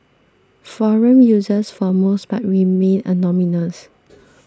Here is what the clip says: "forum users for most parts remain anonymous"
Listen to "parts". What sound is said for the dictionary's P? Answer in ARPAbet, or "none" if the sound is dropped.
B